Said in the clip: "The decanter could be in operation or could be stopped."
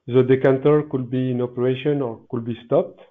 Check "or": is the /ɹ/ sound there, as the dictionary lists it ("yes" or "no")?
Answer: yes